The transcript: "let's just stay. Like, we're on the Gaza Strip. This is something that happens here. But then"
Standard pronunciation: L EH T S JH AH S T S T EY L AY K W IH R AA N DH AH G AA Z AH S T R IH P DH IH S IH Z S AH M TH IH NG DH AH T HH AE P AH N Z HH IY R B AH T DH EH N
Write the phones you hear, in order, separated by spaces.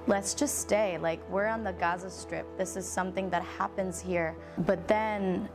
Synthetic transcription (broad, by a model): L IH T S JH AH S T S T EY L AY K W IH R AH N DH AH G AA Z AH S T R IH P DH IH S IH Z S AH M TH IH NG DH AH T HH AE P AH N Z HH IY R B AH T DH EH N